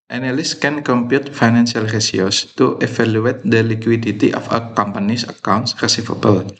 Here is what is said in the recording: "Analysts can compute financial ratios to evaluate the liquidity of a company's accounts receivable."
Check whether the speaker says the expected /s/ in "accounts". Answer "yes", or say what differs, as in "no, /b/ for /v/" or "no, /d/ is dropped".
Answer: yes